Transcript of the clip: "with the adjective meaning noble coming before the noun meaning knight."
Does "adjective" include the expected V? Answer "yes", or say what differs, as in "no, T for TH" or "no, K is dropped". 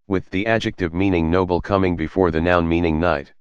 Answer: yes